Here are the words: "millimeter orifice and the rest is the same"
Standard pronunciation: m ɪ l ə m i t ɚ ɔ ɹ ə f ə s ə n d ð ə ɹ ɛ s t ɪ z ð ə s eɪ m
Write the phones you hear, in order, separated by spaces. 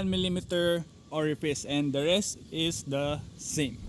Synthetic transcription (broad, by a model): m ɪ l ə m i t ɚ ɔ ɹ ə p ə s ə n d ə ɹ ɛ s t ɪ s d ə s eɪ m